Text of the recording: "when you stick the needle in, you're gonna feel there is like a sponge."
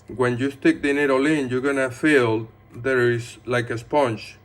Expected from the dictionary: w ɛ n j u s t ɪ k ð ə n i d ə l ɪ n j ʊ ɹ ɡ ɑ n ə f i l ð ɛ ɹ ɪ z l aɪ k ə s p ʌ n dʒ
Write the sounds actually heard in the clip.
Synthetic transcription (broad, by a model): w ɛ n j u s t ɪ k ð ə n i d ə l ɪ n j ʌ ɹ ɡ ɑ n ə f i l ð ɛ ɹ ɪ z l aɪ k ə s p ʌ n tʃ